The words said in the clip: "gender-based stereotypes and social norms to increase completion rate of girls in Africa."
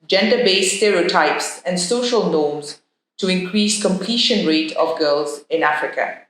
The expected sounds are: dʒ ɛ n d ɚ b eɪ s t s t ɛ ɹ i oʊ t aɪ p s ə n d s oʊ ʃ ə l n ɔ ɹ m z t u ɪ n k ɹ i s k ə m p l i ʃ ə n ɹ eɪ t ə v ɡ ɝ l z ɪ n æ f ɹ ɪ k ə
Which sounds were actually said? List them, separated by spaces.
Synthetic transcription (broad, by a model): dʒ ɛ n d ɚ b eɪ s s t ɛ ɹ i oʊ t aɪ p s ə n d s oʊ ʃ ə l n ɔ m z t u ɪ n k ɹ i s k ə m p l i ʃ ə n ɹ eɪ t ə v ɡ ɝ l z ɪ n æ f ɹ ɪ k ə